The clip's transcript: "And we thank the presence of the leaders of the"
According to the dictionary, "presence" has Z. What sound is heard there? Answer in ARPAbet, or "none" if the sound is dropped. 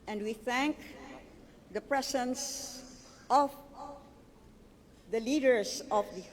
S